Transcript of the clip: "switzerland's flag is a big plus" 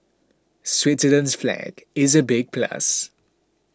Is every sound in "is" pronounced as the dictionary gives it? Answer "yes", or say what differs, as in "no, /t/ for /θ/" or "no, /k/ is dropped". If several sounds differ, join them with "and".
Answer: yes